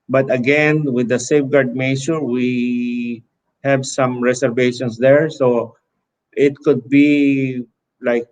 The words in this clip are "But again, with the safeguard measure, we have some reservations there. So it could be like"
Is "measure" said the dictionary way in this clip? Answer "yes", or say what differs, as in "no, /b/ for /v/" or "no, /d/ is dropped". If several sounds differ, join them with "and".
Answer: no, /s/ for /ʒ/